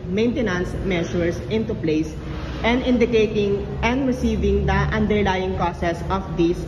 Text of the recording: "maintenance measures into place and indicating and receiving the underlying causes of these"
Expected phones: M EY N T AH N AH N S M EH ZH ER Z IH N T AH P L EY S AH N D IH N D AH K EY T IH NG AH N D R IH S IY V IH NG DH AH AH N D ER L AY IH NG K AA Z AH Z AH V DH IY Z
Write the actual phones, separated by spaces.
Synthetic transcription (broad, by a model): M EY N T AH N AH N S M EH SH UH S IH N T AH P L EY S AH N D IH N D AH K EY T IH NG AH N D R IH S IY V IH NG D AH AH N D ER L AY IH NG K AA S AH S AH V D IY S